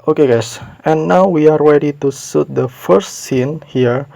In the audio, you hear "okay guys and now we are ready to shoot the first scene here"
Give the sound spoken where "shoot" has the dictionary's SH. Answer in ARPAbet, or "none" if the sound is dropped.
S